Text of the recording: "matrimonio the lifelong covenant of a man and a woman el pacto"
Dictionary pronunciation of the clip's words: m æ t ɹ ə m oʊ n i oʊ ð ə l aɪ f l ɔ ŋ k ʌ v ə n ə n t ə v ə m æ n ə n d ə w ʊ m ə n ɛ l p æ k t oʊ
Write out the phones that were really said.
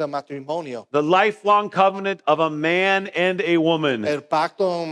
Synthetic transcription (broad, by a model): m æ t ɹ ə m oʊ n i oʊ ð ə l aɪ f l ɔ ŋ k ʌ v ə n ə n t ə v ə m æ n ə n ə w ʊ m ə n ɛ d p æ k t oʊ